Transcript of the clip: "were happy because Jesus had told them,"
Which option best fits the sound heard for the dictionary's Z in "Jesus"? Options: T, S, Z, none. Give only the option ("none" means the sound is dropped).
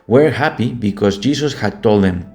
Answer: S